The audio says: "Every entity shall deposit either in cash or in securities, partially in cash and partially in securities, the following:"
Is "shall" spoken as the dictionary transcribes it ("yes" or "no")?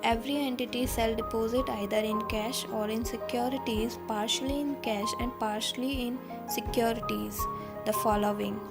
no